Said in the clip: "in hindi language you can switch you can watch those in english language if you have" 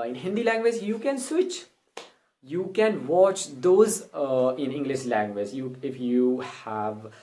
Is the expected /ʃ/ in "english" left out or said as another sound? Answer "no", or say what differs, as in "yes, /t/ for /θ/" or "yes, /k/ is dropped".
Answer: no